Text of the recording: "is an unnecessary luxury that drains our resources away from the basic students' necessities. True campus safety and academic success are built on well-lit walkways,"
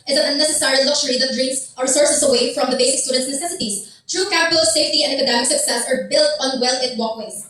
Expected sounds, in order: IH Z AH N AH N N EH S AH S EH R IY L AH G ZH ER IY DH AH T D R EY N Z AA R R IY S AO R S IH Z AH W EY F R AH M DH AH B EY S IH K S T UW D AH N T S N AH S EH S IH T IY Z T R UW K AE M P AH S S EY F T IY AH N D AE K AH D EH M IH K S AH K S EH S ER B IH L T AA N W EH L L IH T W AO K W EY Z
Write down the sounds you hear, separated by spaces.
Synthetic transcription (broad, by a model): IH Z AH N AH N N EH S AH S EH R IY L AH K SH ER IY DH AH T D R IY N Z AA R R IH S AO R S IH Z AH W EY F R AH M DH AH B EY S IH K S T UW D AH N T S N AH S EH S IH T IY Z T R UW K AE P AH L S EY F T IY AH N D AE K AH D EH M IH K S AH K S EH S ER B IH L T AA N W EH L L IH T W AO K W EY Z